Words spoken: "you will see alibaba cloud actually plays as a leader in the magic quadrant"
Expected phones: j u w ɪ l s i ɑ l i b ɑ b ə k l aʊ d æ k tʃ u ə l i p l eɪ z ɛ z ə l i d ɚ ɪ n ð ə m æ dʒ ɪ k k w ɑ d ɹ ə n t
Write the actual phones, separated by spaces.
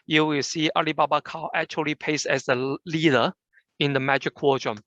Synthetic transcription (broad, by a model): j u w ɪ l s i ɑ l i b ɑ b ə k aʊ æ k tʃ u ə l i p eɪ s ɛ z ə l i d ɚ ɪ n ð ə m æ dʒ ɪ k k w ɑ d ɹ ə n